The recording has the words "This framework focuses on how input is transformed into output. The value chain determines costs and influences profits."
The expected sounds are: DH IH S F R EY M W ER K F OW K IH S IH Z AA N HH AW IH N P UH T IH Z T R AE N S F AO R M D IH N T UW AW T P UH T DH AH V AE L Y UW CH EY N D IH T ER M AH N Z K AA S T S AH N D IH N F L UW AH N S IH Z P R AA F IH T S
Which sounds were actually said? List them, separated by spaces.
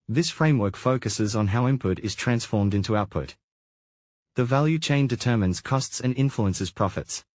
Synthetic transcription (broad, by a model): DH IH S F R EY M W ER K F OW K IH S IH Z N HH AW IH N P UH T IH Z T R AE N S F AO R M D IH N T UW AW T P UH T DH AH V AE L Y UW CH EY N D IH T ER M AH N Z K AA S T S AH N IH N F L UW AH N S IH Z P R AA F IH T S